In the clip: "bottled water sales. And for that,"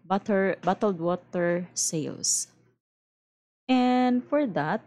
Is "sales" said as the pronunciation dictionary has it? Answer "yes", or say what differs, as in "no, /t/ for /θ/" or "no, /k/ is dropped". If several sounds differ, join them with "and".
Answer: no, /s/ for /z/